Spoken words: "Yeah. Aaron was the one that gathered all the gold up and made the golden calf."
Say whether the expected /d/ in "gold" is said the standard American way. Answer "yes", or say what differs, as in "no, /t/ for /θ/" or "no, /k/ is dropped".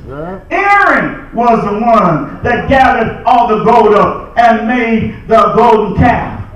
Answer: yes